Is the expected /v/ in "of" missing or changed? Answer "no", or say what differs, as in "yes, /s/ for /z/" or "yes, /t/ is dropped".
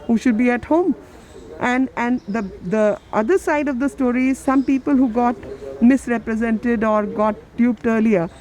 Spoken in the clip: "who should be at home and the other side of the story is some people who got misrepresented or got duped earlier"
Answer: no